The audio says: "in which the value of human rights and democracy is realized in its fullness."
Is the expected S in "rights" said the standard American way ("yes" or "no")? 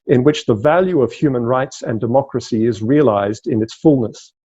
yes